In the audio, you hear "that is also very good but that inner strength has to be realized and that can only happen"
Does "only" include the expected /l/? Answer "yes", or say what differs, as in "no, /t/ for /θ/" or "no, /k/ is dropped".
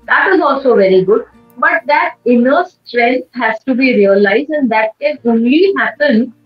yes